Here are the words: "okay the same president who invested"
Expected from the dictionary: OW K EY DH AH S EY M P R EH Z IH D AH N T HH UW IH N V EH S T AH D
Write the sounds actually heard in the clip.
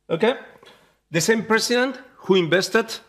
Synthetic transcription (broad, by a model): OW K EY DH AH S EY M P R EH S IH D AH N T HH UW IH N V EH S T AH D